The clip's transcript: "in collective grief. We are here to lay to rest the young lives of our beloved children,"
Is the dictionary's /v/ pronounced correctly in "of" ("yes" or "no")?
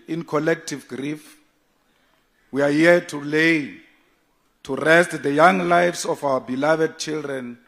no